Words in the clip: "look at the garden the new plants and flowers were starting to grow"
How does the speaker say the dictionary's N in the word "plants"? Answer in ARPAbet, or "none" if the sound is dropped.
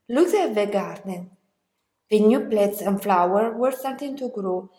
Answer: none